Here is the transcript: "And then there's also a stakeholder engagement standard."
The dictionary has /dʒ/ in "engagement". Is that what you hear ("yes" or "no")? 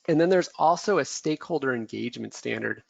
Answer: yes